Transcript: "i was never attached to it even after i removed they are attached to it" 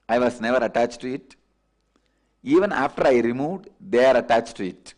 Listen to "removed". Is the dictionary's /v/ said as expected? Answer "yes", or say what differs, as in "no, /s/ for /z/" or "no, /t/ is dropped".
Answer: yes